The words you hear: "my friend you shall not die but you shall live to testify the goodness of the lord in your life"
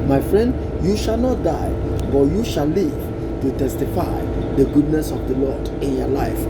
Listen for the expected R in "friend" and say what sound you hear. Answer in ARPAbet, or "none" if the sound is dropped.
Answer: R